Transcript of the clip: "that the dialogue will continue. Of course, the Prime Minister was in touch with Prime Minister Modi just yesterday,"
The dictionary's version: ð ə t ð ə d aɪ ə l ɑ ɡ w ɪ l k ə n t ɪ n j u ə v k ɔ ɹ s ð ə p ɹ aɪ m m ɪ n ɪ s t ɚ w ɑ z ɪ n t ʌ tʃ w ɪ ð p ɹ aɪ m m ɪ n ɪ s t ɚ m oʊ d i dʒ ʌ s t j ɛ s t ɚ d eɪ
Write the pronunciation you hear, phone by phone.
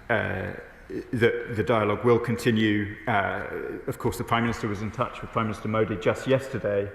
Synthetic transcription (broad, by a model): ð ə t ð ə d aɪ ə l ɑ ɡ w ɪ l k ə n t ɪ n j u ə v k ɔ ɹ s ð ə p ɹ aɪ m m ɪ n ɪ s t ɚ w ɑ z ɪ n t ʌ tʃ w ɪ ð p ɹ aɪ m m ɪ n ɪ s t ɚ m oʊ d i dʒ ʌ s t j ɛ s t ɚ d eɪ